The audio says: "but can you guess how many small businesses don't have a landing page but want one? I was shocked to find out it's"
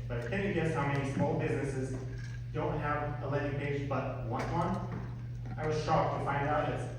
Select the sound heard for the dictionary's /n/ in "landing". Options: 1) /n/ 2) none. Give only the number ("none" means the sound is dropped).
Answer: 2